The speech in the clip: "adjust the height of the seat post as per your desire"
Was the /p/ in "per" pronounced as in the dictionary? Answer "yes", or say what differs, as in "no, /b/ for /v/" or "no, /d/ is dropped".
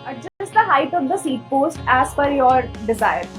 no, /f/ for /p/